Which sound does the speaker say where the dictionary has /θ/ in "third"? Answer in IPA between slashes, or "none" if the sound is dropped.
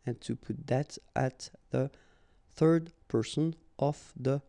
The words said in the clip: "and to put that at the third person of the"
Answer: /θ/